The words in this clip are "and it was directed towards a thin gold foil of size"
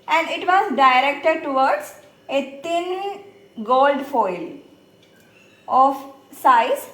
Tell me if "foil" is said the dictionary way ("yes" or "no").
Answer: yes